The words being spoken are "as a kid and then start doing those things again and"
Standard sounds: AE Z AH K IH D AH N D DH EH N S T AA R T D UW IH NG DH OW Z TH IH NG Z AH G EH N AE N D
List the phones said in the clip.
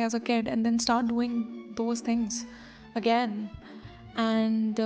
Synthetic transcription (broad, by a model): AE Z AH K IH D AH N D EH N S T AA R T D UW IH NG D OW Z T IH NG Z AH G EH N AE N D